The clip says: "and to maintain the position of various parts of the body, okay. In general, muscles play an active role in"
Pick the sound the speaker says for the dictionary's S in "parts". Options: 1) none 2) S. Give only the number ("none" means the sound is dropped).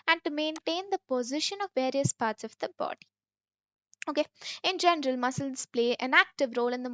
2